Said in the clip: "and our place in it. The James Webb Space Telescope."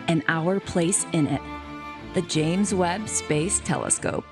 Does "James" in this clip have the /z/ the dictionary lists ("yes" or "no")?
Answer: yes